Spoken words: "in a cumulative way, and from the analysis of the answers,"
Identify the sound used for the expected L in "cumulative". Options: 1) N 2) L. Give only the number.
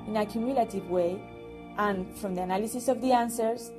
2